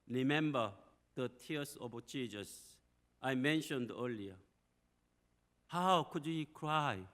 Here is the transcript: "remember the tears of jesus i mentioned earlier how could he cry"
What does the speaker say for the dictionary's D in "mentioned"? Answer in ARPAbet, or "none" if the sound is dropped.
D